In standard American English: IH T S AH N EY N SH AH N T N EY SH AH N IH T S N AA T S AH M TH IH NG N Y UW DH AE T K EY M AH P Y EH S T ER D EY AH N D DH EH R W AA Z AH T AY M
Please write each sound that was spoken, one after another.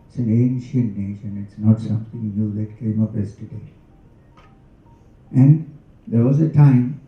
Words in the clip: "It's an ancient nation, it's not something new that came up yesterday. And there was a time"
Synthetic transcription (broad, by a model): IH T S AH N EY N SH AH N T N EY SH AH N IH T S N AA T S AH M T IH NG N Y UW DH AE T K EY M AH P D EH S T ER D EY AH N D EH R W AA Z AH T AY M